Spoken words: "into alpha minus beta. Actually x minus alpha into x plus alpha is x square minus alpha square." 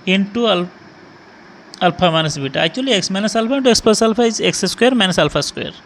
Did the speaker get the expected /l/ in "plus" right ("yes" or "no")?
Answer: no